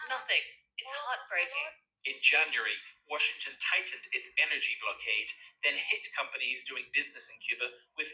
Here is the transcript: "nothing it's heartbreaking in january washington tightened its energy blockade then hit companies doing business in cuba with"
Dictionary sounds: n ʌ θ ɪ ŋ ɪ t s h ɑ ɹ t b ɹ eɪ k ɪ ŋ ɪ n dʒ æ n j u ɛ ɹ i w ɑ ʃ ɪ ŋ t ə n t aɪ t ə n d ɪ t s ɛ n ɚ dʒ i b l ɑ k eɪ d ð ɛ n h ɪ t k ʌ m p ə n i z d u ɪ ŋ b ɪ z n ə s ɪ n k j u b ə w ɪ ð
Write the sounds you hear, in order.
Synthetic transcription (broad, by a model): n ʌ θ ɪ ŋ ɪ t s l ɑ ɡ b ɹ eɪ ɪ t ɪ n dʒ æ n j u ɹ i w ɑ ʃ ɪ ŋ t ə n t aɪ t n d ɪ t s ɛ n ɚ dʒ i b l ɑ k eɪ d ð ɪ n h ɪ t k ʌ m p ə n i z d u ɪ ŋ b ɪ z n ə s ɪ n k j u b ə w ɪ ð